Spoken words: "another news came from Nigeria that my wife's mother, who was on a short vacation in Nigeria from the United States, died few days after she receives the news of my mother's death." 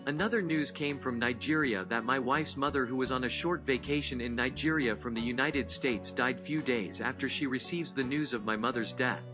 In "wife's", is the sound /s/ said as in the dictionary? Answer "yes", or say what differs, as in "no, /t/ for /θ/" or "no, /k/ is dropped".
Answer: yes